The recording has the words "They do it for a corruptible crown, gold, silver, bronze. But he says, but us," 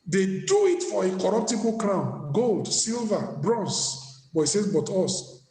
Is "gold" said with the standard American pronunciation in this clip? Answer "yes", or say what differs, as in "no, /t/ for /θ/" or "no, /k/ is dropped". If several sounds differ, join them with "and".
yes